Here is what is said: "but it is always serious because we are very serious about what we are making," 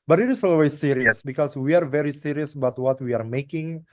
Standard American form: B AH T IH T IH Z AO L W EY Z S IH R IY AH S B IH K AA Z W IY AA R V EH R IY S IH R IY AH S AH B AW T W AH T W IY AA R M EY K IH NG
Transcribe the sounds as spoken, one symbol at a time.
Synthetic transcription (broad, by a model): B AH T IH T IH S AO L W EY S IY R IY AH S B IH K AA S W IY AA R V EH R IY S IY R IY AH S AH B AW T W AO T W IY AA R M EY K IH NG